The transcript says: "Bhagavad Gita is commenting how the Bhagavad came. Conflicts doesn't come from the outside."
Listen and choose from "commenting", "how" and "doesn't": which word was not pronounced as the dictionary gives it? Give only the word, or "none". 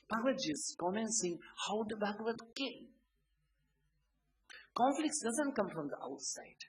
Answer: commenting